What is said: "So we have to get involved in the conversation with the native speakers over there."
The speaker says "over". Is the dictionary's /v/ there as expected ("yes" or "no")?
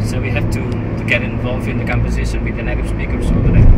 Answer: no